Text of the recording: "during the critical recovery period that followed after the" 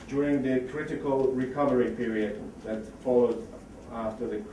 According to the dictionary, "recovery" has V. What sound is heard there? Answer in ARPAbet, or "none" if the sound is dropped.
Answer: V